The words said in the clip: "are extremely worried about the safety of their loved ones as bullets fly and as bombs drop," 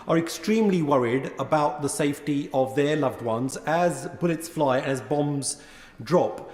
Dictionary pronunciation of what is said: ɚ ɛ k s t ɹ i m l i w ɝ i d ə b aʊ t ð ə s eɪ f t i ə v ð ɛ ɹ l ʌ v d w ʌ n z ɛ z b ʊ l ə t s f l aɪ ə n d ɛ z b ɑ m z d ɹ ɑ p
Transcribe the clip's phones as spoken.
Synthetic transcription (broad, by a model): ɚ ɛ k s t ɹ i m l i w ɝ i d ə b aʊ t ð ə s eɪ f t i ə v ð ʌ ɹ l ʌ v d w ʌ n z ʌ z b ʊ l ə t s f l aɪ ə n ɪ z b ɑ m z d ɹ ɑ p